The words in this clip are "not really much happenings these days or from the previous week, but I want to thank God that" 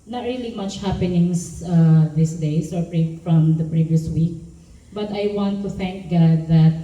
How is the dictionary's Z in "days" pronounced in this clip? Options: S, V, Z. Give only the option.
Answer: S